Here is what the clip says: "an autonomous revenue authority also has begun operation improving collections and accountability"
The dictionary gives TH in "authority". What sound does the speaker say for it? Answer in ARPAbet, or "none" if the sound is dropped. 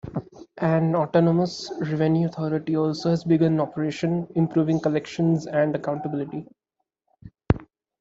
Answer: T